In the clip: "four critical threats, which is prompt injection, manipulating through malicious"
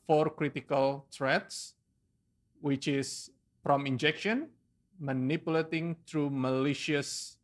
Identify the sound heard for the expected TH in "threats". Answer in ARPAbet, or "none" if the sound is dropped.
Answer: T